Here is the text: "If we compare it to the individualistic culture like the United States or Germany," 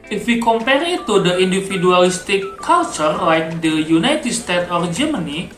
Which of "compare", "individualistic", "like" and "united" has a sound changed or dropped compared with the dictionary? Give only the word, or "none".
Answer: individualistic